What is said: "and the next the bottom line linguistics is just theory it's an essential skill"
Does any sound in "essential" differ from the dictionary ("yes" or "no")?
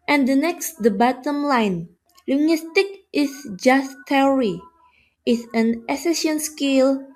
yes